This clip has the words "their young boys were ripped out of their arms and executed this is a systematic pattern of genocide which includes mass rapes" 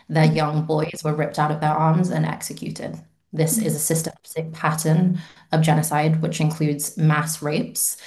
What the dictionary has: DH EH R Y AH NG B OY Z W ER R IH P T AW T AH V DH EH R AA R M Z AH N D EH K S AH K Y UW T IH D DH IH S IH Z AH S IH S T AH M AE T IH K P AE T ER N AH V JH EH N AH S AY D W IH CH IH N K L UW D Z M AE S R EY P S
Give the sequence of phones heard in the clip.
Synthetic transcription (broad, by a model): DH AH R Y AH NG B OY Z W ER R IH P T AW T AH V DH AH R AA R M Z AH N EH K S AH K Y UW T IH D DH IH S IH Z AH S IH S T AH M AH S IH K P AE T ER N AH V JH EH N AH S AY D W IH CH IH N K L UW D Z M AE S R EY P S